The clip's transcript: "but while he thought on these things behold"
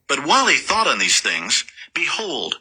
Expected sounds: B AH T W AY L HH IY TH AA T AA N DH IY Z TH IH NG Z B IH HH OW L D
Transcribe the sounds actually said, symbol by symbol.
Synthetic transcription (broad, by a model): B AH T W AY L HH IY TH AA T N DH IY Z TH IH NG Z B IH HH OW L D